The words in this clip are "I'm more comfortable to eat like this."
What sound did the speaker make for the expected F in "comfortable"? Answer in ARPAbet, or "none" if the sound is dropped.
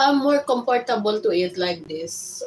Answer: P